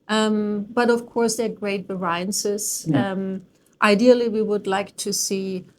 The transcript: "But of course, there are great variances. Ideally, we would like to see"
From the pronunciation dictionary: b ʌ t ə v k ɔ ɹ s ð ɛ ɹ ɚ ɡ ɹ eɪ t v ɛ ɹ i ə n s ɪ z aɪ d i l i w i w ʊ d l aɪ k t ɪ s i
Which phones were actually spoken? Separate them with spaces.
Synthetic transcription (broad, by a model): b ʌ t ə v k ɔ ɹ s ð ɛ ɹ ɡ ɹ eɪ t b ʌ ɹ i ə n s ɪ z aɪ d i l i w i w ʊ d l aɪ k t ɪ s i